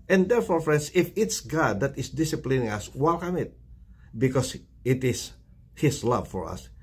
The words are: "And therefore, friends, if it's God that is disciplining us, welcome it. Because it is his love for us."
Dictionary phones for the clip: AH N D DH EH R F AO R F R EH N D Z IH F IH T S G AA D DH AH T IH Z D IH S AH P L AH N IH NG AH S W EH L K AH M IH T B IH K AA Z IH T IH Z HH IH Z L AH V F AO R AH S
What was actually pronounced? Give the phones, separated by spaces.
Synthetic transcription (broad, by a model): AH N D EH R F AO R F R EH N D S IH F IH T S G AA D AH T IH S D IH S AH P L AH N IH NG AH S W EH L K AH M IH T B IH K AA S IH T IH S HH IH S L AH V F AO R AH S